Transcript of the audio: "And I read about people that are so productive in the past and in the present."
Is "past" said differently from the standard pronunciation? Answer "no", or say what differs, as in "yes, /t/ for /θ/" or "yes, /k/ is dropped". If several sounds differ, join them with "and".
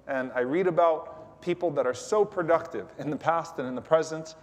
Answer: no